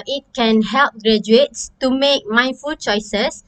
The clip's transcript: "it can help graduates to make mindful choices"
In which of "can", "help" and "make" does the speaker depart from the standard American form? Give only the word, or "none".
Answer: none